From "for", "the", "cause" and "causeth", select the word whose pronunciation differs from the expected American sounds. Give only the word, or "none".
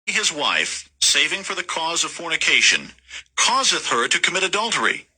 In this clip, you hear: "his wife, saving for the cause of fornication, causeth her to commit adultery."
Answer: none